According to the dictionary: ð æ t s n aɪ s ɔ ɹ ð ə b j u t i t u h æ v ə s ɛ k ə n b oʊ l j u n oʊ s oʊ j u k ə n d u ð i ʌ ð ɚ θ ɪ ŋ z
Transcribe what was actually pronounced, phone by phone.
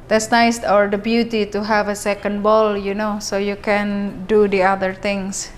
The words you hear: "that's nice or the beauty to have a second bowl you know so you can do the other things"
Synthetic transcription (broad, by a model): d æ t s n aɪ s ɔ ɹ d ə b j u t i t u h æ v ə s ɛ k ə n b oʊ l j u n oʊ s oʊ j u k ə n d u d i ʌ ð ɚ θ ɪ ŋ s